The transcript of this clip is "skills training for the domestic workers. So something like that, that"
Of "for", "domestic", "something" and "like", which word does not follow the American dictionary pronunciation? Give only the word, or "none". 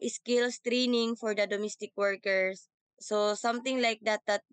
something